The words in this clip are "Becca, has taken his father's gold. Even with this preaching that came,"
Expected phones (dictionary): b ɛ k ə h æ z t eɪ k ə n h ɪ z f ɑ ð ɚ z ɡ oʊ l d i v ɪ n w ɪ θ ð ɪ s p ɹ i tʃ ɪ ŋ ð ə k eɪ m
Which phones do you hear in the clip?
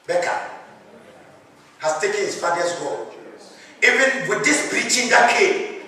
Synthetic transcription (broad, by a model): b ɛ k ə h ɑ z t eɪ k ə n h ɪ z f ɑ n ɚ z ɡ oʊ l i v ɪ n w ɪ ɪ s b ɹ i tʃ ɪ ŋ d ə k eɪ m